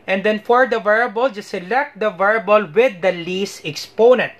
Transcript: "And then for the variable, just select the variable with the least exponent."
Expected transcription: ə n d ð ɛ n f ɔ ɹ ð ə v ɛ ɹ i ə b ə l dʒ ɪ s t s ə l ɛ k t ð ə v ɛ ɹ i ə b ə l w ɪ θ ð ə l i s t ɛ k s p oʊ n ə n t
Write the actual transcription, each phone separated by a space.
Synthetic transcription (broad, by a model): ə n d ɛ n f ɔ ɹ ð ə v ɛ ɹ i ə b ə l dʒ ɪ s s ə l ɛ k t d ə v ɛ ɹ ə b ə l w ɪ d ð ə l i s ɛ k s p oʊ n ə n t